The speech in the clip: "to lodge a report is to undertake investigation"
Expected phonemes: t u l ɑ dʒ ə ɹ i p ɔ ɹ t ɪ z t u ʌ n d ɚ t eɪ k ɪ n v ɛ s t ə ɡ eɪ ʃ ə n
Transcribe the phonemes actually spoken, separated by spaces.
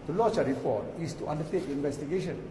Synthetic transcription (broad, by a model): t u l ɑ tʃ ə ɹ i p ɔ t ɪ s t u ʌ n d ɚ t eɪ k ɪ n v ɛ s t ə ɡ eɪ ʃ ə n